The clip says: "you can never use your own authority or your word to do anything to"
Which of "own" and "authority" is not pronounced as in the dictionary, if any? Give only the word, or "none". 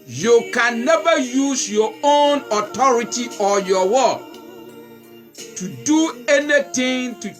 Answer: authority